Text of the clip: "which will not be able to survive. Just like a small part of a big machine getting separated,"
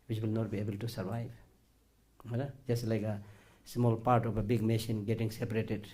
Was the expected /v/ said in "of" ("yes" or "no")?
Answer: no